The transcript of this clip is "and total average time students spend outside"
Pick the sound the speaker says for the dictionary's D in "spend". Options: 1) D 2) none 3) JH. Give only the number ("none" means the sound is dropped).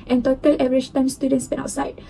2